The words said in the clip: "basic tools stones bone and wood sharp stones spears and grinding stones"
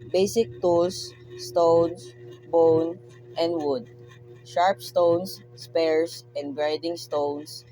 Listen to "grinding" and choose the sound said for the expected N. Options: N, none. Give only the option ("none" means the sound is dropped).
none